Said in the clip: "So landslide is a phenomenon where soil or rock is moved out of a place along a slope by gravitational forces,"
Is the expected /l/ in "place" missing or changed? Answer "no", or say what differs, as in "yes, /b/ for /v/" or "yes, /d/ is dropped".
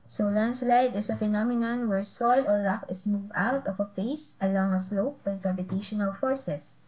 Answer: yes, /l/ is dropped